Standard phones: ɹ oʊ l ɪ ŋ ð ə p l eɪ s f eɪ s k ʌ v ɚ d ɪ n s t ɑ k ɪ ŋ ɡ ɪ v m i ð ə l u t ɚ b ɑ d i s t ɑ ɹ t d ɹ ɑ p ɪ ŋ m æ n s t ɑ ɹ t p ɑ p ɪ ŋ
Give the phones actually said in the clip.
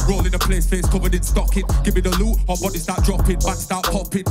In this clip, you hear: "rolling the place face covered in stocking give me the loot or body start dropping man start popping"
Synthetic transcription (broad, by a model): ɹ oʊ l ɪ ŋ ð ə p l eɪ s f eɪ s k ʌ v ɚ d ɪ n s t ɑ k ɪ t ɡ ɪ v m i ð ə l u ɚ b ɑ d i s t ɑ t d ɹ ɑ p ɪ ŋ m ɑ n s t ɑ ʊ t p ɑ p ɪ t